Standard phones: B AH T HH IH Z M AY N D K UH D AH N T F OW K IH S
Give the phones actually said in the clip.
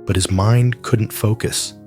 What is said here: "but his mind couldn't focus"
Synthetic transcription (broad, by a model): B AH T HH IH Z M AY N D K UH D N T F OW K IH S